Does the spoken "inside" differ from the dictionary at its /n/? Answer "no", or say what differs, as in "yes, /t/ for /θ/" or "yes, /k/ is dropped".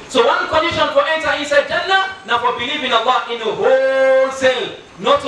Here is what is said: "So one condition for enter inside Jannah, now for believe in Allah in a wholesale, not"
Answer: yes, /n/ is dropped